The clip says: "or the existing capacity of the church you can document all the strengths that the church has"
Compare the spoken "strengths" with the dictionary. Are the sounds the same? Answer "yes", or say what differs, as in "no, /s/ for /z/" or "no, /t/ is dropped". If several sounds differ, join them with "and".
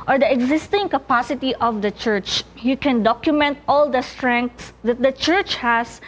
no, /t/ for /θ/